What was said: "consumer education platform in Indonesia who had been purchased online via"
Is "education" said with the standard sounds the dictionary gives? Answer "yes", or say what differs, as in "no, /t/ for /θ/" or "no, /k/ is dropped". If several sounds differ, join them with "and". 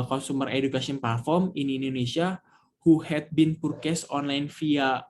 no, /s/ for /ʃ/